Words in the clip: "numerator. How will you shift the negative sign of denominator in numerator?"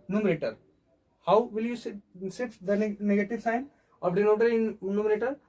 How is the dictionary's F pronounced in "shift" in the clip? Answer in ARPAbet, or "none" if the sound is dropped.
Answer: none